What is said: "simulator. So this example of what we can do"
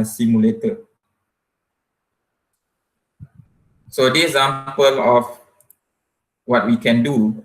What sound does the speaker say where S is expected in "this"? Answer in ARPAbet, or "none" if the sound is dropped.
none